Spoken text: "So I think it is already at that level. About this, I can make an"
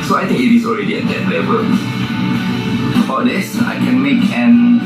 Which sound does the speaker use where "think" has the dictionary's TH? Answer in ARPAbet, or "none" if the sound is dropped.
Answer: T